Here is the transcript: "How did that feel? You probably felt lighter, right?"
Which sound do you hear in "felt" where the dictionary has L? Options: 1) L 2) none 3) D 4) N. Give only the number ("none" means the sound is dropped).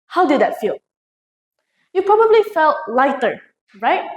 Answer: 1